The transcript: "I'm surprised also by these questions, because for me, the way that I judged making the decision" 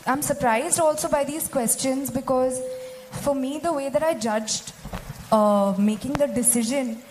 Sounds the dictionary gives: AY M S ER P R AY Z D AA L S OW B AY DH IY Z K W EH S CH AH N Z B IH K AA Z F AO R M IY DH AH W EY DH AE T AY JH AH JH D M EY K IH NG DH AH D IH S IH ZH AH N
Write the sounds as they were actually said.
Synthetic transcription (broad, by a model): AY M S ER P R AY Z D AA L S OW B AY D IY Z K W EH S CH AH N Z B IH K AA Z F AO R M IY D AH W EY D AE T AY JH AH JH D M EY K IH NG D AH D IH S IH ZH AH N